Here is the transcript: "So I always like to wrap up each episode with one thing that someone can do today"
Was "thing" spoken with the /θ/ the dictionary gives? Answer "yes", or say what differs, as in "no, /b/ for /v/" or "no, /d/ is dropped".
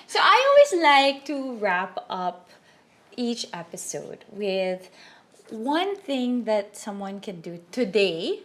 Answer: yes